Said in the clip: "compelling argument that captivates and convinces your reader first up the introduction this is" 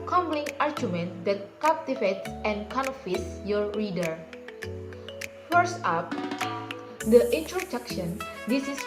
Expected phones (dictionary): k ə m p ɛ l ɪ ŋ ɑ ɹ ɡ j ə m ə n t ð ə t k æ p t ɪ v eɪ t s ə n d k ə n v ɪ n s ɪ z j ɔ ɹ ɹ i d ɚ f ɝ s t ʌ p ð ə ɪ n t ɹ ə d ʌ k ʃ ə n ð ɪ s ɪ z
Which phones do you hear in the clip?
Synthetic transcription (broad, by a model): k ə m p l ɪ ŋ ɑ ɹ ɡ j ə m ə n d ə t k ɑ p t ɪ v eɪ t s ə n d k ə n ɔ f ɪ s j ɔ ɹ ɹ i d ɚ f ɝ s ʌ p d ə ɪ n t ɹ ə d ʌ k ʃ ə n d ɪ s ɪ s